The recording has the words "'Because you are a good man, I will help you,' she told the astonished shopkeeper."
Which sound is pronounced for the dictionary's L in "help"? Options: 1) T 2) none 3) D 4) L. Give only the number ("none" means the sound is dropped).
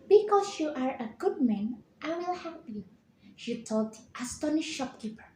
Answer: 2